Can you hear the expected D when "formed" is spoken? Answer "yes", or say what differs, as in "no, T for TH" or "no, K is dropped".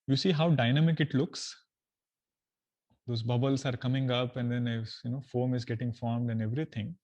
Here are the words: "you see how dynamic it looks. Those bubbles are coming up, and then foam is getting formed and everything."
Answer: yes